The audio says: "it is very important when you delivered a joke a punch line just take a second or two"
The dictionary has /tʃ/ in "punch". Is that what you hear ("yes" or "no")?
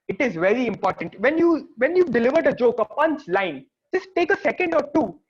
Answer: no